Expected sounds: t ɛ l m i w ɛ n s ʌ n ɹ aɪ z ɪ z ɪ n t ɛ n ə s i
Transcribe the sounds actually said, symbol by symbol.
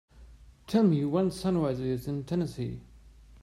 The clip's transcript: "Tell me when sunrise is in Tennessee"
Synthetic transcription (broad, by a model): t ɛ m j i w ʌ n s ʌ n w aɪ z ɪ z ɪ n t ɛ n ə s i